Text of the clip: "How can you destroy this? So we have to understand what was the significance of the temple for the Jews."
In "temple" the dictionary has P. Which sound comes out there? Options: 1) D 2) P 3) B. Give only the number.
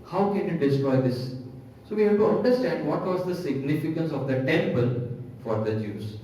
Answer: 2